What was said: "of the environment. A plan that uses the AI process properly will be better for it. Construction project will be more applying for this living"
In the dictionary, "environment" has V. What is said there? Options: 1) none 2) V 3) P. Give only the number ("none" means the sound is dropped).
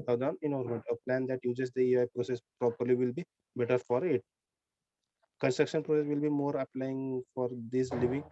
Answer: 1